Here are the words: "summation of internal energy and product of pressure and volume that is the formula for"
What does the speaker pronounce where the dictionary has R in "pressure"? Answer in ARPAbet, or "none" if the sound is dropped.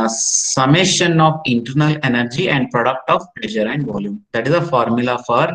L